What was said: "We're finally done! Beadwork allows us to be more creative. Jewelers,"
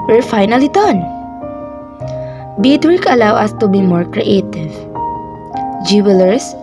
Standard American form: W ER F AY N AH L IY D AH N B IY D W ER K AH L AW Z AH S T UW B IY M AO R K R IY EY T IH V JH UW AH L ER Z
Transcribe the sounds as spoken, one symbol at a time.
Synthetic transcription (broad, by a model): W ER F AY N AH L IY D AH N B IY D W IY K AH L AW AH S T UW B IY M AO R K R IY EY T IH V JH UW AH L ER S